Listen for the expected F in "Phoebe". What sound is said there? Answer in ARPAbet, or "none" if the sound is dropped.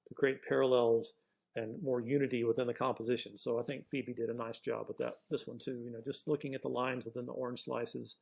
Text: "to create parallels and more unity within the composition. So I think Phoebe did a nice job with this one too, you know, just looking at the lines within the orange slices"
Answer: F